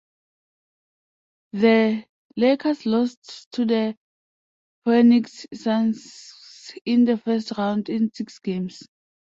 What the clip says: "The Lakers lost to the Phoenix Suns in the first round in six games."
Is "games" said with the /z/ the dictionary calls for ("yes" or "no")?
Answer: no